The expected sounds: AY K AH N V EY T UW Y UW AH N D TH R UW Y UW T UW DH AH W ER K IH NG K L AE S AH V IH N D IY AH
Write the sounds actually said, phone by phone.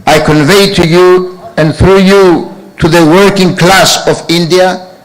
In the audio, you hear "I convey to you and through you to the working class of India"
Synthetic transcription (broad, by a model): AY K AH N V EY T UW Y UW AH N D TH R UW Y UW T UW DH AH W ER K IH NG K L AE S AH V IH N D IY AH